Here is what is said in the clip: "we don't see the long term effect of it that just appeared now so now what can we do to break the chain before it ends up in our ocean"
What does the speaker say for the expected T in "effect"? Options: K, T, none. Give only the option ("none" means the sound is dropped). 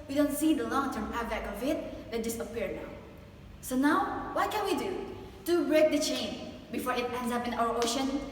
none